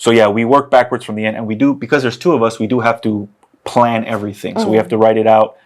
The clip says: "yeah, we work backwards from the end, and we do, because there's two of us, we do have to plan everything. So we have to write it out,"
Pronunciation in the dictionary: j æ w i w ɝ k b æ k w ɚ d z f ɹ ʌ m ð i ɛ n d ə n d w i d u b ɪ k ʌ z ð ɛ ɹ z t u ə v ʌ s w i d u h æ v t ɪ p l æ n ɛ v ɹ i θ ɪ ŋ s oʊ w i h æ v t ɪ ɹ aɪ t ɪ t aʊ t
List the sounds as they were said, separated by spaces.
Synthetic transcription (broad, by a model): j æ w i w ɝ k b æ k w ɚ d z f ɹ ʌ m ð i ɛ n d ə n w i d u b ɪ k ʌ z ð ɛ ɹ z t u ə v ʌ s w i d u h æ f t ɪ p l æ n ɛ v ɹ i θ ɪ ŋ s oʊ w i h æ f t ɪ ɹ aɪ t ɪ t aʊ t